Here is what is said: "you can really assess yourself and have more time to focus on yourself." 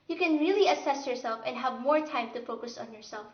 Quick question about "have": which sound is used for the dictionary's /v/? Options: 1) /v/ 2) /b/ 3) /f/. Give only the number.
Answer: 1